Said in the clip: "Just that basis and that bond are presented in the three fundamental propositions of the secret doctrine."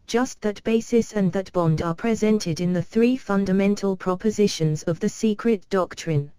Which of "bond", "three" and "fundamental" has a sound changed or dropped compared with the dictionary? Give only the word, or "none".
none